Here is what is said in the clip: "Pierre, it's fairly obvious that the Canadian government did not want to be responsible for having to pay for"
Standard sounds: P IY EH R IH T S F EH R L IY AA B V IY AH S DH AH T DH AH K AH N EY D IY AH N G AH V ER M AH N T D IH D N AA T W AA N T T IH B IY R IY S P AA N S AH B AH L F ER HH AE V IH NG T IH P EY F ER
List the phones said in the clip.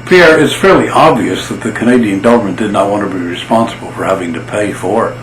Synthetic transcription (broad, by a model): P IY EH R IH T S F EH R L IY AA B V IY AH S DH AH T DH AH K AH N EY D IY AH N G AH V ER M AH N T D IH D N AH T W AA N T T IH B IY R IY S P AA N S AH B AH L F ER HH AE V IH NG T IH P EY F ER